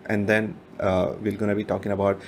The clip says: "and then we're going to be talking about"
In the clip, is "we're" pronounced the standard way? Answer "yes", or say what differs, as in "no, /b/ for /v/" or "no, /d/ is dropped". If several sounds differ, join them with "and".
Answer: no, /l/ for /ɹ/